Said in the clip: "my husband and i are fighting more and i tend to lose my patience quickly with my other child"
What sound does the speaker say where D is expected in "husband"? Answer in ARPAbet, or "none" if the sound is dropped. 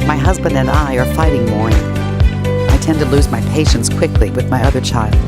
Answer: D